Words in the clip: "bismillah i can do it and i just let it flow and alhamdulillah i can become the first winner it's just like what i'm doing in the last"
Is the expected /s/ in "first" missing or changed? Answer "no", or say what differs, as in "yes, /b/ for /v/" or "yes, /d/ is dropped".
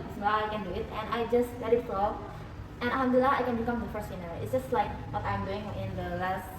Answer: no